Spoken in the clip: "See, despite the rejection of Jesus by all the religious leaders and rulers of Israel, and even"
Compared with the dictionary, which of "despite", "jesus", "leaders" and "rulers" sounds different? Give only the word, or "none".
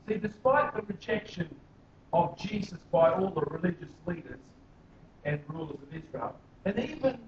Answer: none